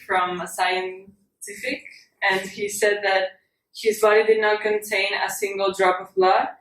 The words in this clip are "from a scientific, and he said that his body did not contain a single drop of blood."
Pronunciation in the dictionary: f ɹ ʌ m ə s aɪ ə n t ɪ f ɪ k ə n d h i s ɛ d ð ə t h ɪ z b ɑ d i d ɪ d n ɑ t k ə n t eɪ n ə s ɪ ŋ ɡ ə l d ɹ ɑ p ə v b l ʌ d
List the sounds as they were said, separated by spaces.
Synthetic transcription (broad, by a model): f ɹ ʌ m ə s aɪ ə n t ɪ f ɪ k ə n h i s ɛ d ð ə t h ɪ z b ɑ d i d ɪ d n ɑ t k ə n t eɪ n ə s ɪ ŋ ɡ ə l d ɹ ɑ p ə v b l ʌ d